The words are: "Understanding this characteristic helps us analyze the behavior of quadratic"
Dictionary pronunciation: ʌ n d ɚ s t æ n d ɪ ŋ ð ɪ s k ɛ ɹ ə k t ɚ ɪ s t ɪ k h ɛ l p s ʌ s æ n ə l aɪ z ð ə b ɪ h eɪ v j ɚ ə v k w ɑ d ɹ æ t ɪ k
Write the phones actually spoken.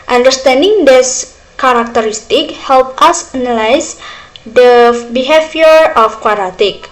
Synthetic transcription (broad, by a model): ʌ n d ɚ s t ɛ n d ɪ ŋ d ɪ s k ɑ ɹ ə k t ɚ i s t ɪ k h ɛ l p ʌ s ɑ n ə l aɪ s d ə b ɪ h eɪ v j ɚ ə f k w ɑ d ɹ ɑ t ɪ k